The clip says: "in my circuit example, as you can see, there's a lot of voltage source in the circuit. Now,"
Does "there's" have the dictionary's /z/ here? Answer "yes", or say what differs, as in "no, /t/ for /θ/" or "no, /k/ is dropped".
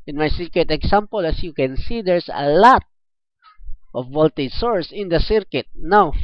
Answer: no, /s/ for /z/